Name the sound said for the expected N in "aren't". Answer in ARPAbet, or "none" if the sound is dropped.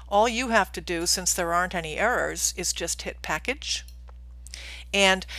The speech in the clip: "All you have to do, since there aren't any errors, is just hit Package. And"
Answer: N